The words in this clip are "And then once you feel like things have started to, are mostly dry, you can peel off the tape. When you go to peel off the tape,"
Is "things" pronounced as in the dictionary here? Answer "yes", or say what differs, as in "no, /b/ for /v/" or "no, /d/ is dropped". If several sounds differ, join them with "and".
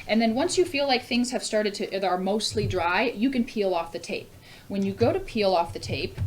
yes